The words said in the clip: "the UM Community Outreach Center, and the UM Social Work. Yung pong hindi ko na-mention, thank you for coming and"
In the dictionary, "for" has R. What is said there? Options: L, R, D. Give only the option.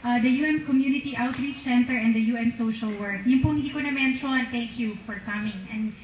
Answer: R